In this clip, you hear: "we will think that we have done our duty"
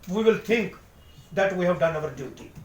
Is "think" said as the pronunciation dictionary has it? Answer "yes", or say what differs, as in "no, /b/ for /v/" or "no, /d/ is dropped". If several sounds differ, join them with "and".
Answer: no, /t/ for /θ/